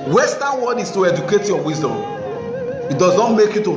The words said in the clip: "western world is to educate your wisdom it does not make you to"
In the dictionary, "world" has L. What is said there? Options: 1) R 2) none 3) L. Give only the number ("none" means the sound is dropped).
2